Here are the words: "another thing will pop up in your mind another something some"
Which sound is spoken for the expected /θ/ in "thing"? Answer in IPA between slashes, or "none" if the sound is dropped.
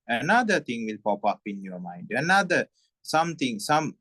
/t/